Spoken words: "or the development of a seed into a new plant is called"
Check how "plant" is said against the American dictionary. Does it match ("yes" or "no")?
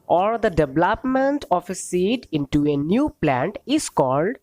yes